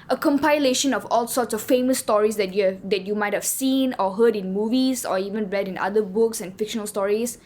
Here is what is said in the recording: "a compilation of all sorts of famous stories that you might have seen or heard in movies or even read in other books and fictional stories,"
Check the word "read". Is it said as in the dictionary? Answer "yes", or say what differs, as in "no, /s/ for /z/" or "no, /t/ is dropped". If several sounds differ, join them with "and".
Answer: yes